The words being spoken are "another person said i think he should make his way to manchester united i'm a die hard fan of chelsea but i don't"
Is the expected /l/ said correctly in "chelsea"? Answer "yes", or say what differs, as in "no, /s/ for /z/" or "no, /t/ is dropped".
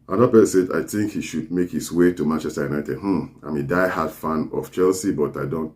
yes